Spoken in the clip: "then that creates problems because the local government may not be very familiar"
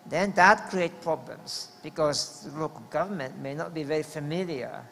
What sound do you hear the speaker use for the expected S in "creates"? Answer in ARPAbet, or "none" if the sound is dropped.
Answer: none